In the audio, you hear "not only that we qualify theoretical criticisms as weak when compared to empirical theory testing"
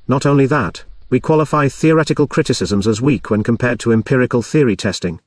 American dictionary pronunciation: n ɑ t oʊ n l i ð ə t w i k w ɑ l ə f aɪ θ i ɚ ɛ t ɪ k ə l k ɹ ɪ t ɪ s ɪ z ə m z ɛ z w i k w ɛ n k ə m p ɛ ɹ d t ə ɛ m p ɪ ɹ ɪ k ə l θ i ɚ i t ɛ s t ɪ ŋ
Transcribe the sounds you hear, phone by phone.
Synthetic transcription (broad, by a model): n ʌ t oʊ n l i ð ə t w i k w ɑ l ə f aɪ θ i ɚ ɛ t ɪ k ə l k ɹ ɪ t ɪ s ɪ z ə m z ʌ z w i k w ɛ n k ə m p ɛ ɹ d t ə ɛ m p ɪ ɹ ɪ k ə l θ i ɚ i t ɛ s t ɪ ŋ